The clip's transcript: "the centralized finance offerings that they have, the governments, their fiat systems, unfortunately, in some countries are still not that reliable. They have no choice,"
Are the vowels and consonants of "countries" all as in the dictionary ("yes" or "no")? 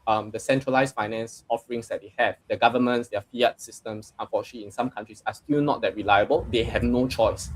no